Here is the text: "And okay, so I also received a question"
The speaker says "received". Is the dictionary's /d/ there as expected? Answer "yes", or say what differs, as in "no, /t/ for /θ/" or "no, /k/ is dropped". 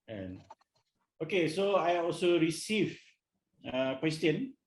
no, /d/ is dropped